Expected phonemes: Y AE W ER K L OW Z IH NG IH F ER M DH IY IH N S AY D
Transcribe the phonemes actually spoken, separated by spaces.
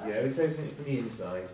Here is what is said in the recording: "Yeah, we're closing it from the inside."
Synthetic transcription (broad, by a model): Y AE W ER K OW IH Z IH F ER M DH IY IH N S AY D